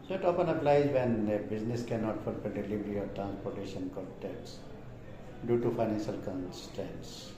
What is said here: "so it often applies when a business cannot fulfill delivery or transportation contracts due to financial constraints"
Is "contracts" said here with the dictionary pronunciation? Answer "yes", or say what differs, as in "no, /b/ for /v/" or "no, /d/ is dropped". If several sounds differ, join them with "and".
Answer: no, /ɹ/ is dropped